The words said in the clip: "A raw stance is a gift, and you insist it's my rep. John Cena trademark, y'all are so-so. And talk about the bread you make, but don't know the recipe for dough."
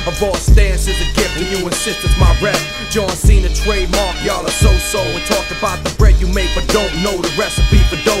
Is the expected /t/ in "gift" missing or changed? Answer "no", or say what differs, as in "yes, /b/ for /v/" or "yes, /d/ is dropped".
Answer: yes, /t/ is dropped